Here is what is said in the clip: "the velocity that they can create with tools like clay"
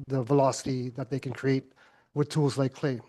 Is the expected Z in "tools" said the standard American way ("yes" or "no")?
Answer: yes